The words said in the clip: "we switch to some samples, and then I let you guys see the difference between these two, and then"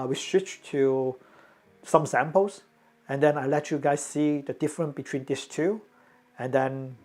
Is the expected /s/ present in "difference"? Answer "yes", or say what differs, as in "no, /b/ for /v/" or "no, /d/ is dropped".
no, /s/ is dropped